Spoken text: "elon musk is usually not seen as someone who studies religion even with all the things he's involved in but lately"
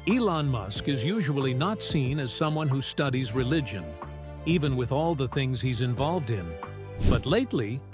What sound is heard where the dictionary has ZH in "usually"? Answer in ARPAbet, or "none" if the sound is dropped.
ZH